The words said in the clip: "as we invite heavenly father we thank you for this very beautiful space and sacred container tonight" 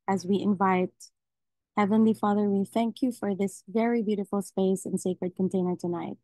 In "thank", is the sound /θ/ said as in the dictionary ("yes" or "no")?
yes